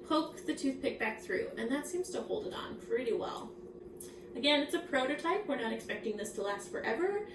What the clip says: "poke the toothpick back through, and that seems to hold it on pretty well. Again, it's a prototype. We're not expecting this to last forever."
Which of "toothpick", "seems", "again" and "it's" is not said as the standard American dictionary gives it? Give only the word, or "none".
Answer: none